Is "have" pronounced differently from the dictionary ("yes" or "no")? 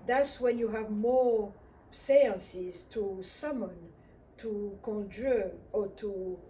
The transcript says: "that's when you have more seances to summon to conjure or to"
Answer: no